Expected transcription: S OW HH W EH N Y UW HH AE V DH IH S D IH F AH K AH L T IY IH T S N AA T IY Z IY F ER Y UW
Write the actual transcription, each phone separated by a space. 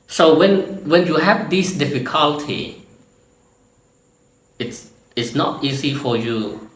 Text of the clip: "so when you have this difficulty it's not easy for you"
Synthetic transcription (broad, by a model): S OW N W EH N Y UW HH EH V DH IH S D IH F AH K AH L T IY IH T S N AA T IY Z IY F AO Y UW